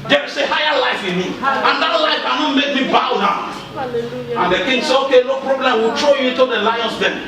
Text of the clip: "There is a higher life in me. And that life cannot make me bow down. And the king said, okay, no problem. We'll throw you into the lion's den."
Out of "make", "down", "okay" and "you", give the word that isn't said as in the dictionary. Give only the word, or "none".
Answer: down